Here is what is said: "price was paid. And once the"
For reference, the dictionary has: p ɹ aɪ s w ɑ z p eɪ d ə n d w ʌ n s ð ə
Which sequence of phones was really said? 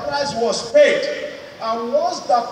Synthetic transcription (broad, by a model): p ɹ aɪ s w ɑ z p eɪ d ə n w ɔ s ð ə